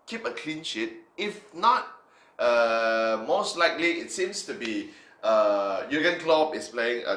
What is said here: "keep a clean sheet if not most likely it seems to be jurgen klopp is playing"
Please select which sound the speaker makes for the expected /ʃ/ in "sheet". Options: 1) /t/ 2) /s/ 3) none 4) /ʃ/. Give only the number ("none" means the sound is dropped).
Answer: 4